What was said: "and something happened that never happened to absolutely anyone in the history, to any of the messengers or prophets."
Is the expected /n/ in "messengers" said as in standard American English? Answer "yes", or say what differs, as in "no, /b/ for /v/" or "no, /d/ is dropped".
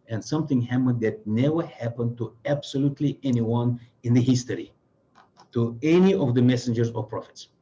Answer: yes